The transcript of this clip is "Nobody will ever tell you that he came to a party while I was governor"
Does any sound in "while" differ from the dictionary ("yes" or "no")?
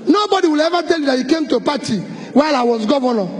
no